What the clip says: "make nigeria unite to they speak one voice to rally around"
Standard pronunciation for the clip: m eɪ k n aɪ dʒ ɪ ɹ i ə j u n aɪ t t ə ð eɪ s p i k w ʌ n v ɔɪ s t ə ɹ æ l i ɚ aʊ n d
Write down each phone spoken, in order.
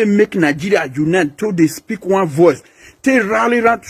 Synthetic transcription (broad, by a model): m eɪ k n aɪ dʒ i ɹ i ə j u n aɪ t t ə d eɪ s p i k w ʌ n v ɔɪ s t ə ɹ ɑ l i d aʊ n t